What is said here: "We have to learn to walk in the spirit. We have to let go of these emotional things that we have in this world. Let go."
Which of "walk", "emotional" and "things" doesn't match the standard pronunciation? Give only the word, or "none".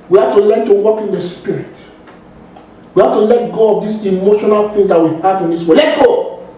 things